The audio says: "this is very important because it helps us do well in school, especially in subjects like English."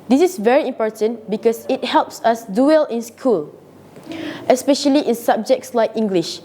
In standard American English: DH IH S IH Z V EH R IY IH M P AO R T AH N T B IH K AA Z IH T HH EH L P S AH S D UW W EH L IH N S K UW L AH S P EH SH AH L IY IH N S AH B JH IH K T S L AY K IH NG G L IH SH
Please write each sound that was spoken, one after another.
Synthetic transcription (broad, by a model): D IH S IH S V EH R IY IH M P AO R T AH N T B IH K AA S IH T HH EH L P S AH S D UW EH L IH N S K UW L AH S P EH SH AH L IY IH N S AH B JH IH K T S L AY K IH NG G L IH SH